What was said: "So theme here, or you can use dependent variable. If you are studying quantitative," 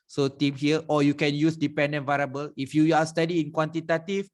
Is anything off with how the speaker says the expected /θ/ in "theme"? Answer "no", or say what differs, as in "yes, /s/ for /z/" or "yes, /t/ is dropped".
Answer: yes, /t/ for /θ/